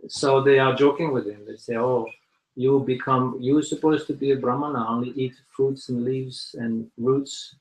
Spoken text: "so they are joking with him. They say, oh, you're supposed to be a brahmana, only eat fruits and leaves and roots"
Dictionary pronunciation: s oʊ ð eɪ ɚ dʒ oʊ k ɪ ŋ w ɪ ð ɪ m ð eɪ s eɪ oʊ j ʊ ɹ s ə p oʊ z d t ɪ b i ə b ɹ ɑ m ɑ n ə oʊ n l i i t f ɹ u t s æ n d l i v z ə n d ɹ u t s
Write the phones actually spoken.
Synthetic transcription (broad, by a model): s oʊ ð eɪ ɚ dʒ oʊ k ɪ ŋ w ɪ ð ɪ m ð eɪ s eɪ oʊ j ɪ w s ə p oʊ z t ɪ b i ə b ɹ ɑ m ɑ n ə oʊ n l i i t f ɹ u t s n l i v z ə n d ɹ u t s